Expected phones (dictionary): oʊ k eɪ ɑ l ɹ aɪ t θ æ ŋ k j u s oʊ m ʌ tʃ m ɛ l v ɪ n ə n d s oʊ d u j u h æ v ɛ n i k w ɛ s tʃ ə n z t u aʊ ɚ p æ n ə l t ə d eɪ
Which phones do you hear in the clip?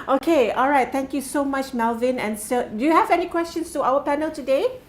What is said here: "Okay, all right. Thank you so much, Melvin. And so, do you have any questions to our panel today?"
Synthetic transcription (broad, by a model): oʊ k eɪ ɑ l ɹ aɪ t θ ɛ ŋ k j u s oʊ m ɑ tʃ m ɛ l v ɪ n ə n s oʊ d u j u h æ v ɛ n i k w ɛ s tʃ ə n s t u aʊ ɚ p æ n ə l t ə d eɪ